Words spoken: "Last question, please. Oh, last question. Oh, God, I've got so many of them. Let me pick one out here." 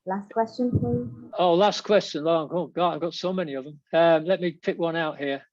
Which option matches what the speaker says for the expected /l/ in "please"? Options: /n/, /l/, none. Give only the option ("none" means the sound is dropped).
none